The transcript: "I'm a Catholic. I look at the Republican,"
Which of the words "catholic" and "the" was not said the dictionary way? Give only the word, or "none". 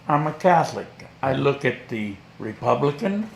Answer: none